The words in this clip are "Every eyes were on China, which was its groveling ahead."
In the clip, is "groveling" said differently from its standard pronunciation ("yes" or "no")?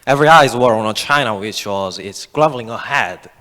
yes